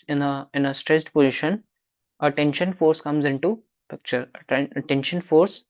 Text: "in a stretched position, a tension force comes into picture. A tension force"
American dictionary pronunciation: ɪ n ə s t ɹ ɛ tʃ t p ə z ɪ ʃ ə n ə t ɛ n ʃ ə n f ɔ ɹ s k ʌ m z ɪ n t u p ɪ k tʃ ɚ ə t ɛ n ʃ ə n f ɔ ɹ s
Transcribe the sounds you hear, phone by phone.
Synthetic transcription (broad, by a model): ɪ n ə s t ɹ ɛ s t p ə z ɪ ʃ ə n ə t ɛ n ʃ ə n f ɔ ɹ s k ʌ m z ɪ n t u p ɪ k tʃ ɚ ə t ɛ n ʃ ə n f ɔ ɹ s